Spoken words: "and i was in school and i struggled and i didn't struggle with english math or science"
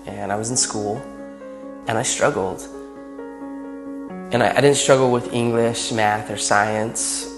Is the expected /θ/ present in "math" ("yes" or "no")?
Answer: yes